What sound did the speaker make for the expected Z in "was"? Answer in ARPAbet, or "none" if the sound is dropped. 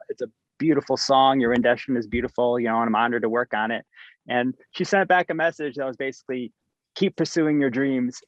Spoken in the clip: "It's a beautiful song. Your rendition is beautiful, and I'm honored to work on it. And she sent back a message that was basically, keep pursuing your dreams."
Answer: Z